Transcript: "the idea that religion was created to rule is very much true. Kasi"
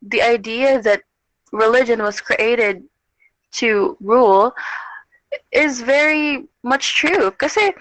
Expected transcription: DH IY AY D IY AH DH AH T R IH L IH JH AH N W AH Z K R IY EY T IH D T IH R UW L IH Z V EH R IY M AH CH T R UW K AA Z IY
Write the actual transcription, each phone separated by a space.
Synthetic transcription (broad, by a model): DH IY AY D IY AH DH AH T R IH L IH JH AH N W AH Z K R IY EY T IH D T IH R UW L IH Z V EH R IY M AH CH T R UW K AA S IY